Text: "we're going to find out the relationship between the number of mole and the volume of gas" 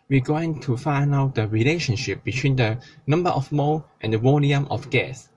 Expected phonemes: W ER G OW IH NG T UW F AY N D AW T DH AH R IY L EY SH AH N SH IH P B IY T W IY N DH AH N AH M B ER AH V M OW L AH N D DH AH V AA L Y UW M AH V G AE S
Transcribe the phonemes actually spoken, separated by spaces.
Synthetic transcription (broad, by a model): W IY G OW IH NG T UW F AY N AW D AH R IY L EY SH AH N SH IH P B IY T W IY N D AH N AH M B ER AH F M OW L AH N D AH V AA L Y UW M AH F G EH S